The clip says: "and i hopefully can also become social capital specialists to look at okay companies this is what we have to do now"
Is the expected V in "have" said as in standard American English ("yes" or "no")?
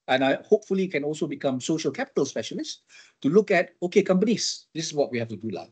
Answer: no